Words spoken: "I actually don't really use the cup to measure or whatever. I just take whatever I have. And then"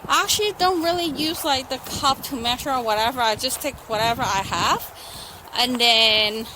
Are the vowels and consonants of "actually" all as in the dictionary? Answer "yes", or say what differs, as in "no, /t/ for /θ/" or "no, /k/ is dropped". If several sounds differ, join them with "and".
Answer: yes